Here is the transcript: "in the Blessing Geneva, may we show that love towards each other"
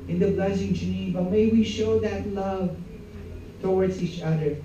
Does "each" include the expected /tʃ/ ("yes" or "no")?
yes